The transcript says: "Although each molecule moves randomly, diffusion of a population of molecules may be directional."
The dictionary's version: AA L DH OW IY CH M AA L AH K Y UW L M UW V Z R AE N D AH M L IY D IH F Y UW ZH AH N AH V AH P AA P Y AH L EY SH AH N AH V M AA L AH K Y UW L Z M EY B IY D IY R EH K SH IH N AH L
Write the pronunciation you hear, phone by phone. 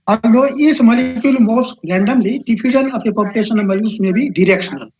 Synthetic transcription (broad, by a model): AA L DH OW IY S M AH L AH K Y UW L M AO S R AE N D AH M L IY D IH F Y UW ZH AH N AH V AH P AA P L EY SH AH N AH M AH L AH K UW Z M EY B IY D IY R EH K SH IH N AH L